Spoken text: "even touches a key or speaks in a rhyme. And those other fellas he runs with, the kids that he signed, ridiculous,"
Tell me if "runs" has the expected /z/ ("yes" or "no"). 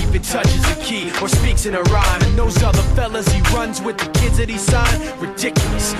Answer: yes